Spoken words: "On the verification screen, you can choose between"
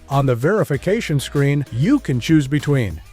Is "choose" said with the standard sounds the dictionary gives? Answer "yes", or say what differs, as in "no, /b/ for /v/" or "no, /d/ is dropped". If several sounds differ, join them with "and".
yes